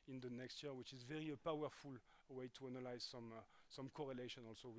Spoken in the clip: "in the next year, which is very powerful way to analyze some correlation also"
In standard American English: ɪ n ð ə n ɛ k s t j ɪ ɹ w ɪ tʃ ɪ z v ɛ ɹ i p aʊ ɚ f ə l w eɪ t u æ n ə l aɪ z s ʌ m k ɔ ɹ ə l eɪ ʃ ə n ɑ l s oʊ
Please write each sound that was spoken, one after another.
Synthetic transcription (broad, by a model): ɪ n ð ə n ɛ k s t j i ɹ w ɪ tʃ ɪ z v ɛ ɹ i p aʊ ɚ f ə l w eɪ t u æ n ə l aɪ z s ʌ m k ɔ ɹ ə l eɪ ʃ ə n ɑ l s oʊ